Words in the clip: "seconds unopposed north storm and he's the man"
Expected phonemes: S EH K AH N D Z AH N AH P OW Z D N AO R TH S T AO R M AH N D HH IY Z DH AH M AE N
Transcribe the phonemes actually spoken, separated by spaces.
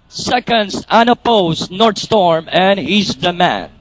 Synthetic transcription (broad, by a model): S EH K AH N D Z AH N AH P OW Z N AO R T S T AO R M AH N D HH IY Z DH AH M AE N